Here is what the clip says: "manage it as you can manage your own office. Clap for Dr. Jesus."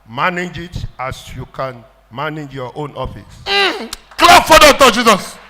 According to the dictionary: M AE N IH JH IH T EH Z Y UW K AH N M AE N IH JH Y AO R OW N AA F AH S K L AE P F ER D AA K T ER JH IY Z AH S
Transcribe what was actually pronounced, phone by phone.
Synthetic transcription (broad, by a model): M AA N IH JH IH T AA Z Y UW K AH N M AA N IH JH Y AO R OW N AA F AH S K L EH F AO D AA T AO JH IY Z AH S